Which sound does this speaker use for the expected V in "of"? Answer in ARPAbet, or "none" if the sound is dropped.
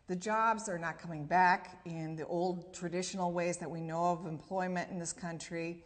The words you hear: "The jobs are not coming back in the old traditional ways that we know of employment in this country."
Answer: V